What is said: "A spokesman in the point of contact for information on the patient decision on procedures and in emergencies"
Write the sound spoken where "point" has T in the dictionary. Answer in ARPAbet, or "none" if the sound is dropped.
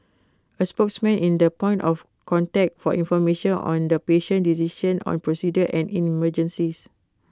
T